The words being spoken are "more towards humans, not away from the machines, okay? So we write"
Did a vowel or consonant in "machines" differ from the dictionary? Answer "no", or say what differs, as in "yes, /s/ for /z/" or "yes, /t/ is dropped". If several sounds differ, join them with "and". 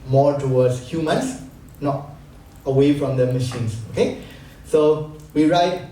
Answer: yes, /s/ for /z/